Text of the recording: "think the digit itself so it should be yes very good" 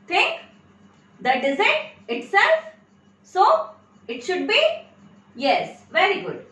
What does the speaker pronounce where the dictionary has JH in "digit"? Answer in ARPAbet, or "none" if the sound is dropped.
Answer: Z